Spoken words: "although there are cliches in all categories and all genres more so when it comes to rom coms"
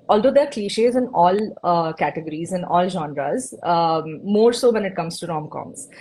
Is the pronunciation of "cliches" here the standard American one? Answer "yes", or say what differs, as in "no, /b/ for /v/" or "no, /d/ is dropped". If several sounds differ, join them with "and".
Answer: yes